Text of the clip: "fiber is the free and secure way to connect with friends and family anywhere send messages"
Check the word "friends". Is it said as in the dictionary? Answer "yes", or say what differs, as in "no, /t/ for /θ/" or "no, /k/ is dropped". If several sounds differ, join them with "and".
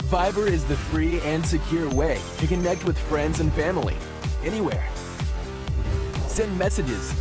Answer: yes